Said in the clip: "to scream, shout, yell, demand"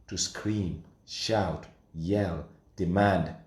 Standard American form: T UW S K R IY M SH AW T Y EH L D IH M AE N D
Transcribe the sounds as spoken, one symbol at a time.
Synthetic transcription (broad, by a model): T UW S K R IY M SH AW T Y EH L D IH M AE N D